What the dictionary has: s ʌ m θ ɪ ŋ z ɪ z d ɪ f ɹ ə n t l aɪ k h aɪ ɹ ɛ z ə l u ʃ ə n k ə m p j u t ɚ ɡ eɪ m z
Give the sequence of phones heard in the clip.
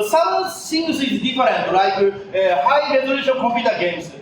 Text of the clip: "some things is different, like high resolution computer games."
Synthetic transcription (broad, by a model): s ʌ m s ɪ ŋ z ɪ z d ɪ f ɹ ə n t l aɪ k h aɪ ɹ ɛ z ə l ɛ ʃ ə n k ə m p j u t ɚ ɡ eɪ m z